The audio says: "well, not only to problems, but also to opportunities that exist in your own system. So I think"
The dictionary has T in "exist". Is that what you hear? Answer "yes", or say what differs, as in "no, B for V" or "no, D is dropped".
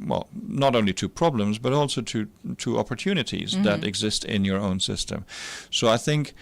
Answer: yes